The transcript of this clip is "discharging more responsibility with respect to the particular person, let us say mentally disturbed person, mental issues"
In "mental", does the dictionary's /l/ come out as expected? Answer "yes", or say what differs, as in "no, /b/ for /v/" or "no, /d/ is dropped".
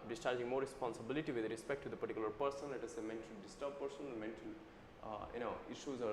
no, /n/ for /l/